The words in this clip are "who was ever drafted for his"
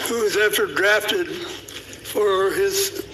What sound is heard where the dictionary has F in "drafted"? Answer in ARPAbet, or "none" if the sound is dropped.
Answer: F